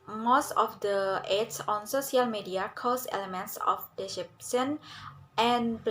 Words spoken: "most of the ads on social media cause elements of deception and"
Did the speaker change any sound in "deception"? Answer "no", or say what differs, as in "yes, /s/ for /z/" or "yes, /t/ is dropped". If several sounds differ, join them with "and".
yes, /s/ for /ʃ/